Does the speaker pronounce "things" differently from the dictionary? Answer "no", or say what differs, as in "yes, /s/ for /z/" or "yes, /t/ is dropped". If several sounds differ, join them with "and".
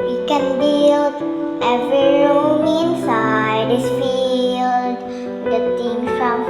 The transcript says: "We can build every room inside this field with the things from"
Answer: yes, /z/ is dropped